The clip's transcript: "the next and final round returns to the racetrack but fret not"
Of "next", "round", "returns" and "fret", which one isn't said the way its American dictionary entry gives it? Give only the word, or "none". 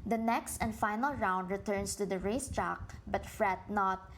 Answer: returns